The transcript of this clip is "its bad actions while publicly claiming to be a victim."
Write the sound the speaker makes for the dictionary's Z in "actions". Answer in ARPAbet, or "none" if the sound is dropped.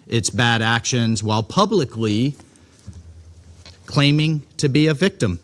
Z